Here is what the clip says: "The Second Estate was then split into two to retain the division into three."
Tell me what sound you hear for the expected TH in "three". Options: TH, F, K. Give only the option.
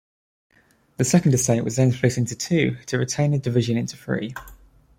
F